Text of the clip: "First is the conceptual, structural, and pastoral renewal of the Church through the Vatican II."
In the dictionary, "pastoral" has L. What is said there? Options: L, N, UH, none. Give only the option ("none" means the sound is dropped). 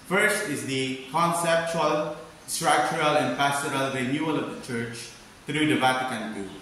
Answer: L